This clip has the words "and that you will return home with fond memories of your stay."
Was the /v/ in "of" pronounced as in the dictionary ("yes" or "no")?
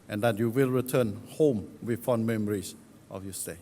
no